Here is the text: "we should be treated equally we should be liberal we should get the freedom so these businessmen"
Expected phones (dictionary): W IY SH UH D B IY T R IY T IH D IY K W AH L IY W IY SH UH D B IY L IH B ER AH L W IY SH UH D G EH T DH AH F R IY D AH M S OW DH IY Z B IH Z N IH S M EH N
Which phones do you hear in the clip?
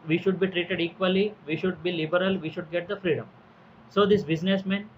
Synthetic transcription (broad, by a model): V IY SH UH D B IY T R IY T IH D IY K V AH L IY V IY SH UH D B IY L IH B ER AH L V IY SH UH D G EH T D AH F R IY D AH M S OW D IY S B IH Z N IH S M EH N